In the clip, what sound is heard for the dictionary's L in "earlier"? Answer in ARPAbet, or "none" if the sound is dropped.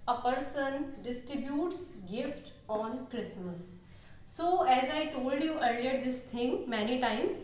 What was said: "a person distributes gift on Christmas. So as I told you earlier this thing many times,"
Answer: L